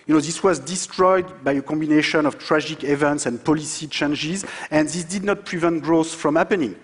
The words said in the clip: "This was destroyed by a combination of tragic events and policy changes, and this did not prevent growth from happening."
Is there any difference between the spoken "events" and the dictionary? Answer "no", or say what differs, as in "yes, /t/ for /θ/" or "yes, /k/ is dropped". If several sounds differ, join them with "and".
no